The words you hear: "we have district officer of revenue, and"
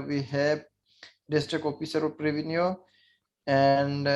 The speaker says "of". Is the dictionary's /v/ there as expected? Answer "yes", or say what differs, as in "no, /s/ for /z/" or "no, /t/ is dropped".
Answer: no, /p/ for /v/